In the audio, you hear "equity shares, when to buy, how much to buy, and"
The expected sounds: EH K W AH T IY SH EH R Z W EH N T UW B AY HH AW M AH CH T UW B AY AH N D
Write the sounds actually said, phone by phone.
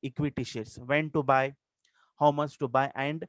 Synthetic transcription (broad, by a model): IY K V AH T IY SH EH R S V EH N T UW B AY HH AW M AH S T UW B AY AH N D